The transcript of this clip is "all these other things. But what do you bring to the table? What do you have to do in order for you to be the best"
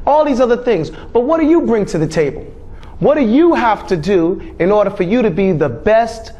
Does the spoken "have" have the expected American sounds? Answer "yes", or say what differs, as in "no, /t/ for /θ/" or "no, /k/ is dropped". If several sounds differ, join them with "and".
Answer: no, /f/ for /v/